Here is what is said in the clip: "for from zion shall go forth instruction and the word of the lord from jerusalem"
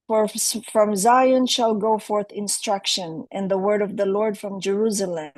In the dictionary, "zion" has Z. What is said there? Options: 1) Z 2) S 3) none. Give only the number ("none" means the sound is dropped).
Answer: 1